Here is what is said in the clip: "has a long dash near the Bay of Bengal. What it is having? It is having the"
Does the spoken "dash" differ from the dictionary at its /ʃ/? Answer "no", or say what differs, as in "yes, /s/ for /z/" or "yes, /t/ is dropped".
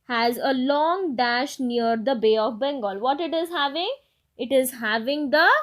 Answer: no